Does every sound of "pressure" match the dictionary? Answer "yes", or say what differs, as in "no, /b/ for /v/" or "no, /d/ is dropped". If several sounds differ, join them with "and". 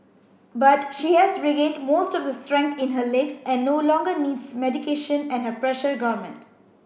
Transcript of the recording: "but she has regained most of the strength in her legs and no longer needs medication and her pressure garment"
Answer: yes